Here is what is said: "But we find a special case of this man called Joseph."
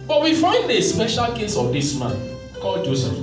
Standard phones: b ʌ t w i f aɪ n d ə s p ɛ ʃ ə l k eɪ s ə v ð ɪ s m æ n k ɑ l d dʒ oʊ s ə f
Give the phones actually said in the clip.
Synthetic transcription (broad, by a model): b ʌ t w i f aɪ n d ə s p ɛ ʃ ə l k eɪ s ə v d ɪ s m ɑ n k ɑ d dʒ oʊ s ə